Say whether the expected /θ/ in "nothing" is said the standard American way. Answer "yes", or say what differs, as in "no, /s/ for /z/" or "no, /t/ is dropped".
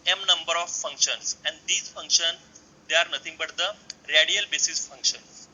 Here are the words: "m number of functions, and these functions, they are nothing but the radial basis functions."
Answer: no, /t/ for /θ/